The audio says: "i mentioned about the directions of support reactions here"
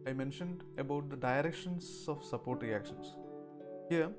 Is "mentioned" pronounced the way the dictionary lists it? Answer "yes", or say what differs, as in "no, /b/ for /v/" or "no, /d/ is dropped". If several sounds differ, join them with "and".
yes